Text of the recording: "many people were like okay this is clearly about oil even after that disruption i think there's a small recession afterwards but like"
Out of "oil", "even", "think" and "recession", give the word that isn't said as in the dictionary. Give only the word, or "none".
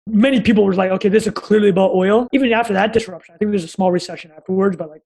none